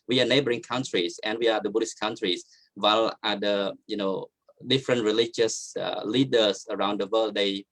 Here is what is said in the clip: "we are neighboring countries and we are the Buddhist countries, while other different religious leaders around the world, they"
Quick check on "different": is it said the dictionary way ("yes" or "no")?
yes